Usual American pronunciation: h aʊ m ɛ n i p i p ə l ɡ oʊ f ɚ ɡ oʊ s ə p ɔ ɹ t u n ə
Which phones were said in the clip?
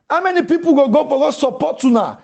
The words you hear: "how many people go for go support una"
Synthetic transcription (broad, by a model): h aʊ m ɛ n i p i p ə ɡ ɡ oʊ p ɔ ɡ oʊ s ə p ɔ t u n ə